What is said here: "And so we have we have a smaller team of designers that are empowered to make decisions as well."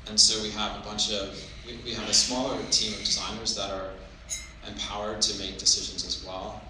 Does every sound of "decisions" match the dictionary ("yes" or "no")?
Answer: yes